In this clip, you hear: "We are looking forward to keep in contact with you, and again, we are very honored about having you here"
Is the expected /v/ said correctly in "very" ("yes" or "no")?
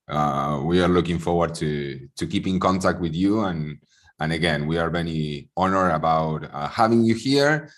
no